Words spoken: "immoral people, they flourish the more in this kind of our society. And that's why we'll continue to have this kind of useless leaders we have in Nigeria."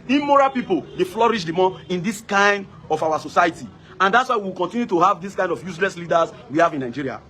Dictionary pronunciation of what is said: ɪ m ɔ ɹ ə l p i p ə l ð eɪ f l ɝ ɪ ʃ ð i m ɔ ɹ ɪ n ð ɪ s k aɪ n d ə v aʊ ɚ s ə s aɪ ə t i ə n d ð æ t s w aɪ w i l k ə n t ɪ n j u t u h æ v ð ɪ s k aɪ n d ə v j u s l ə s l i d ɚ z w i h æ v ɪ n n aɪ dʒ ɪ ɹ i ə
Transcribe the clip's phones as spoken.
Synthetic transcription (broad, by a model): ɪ m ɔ ɹ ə p i p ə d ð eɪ f l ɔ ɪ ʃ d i m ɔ ɪ n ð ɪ s k aɪ n d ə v aʊ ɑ s ə s aɪ ə t i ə n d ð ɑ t s w aɪ w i w k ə n t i n j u t u h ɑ v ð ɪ s k aɪ n d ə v j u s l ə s l i d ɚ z w i h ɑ v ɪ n n aɪ dʒ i ɹ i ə